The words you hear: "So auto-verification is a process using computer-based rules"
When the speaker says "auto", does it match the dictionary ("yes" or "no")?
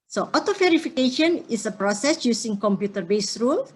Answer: yes